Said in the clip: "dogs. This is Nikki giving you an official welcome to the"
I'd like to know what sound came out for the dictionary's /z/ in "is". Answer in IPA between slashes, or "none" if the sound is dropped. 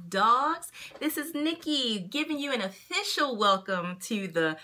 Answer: /z/